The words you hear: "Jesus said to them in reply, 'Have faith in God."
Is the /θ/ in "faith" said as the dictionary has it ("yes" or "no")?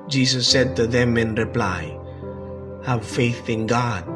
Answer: yes